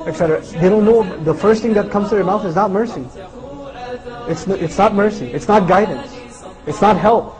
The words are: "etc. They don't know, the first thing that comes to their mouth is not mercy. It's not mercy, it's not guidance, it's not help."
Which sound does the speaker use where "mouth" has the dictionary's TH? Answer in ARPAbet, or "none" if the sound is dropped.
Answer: TH